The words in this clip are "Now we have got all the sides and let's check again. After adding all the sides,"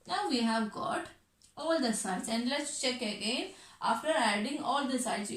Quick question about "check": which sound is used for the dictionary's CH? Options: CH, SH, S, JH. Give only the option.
CH